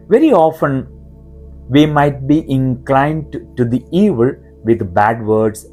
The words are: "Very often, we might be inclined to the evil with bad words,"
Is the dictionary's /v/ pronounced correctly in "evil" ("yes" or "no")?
yes